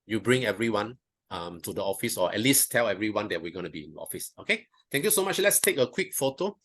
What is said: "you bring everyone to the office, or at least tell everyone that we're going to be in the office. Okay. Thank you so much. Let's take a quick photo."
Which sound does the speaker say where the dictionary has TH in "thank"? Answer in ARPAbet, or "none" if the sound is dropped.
T